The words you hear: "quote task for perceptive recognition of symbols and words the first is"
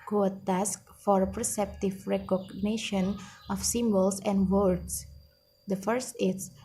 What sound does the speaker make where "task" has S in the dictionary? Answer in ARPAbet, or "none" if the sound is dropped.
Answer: S